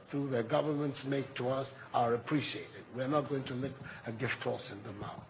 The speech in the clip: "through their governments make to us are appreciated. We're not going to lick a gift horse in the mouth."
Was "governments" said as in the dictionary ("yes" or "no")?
yes